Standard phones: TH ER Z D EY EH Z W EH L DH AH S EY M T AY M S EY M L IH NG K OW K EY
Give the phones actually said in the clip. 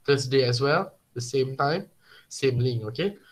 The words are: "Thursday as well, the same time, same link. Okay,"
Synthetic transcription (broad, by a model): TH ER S D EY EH S W EH L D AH S EY M T AY M S EY M L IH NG OW K EY